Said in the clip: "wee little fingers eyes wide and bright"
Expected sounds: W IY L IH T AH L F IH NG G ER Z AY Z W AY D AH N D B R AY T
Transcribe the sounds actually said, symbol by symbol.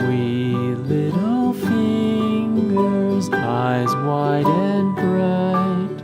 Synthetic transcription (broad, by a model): W IY L IH T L L F IH NG G ER Z AY Z W AY D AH N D B R AY T